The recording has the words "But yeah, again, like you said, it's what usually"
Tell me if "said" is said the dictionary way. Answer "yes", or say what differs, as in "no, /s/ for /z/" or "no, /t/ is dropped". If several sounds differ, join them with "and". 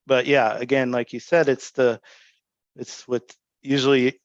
yes